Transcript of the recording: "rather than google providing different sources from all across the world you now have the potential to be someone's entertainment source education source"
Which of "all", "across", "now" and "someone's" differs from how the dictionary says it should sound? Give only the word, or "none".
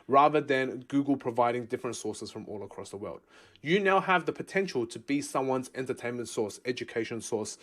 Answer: none